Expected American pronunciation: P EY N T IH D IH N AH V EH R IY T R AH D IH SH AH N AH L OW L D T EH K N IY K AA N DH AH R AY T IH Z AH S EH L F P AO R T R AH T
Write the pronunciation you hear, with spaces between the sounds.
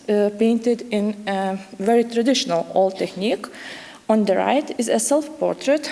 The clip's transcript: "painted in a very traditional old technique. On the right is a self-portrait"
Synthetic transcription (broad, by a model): P EY N T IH D IH N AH V EH R IY T R AH D IH SH AH N AH L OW L T EH K N IY K AA N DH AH R AY T IH Z AH S EH L F P AO R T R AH T